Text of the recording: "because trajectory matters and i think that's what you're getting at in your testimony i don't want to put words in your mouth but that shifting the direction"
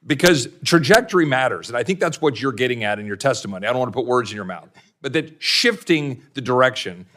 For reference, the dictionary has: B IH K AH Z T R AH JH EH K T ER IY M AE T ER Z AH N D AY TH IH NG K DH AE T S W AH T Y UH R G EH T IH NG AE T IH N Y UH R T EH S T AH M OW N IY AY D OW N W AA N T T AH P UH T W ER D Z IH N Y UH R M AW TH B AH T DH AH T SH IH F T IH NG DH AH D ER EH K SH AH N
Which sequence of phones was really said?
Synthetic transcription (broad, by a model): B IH K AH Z T R AH JH EH K T ER IY M AE T ER Z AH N AY TH IH NG K DH AE T S W AH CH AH R G EH T IH NG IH T IH N Y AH R T EH S T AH M OW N IY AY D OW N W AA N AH P UH T W ER D Z IH N Y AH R M AW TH B AH T DH AH T SH IH F T IH NG DH AH D ER EH K SH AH N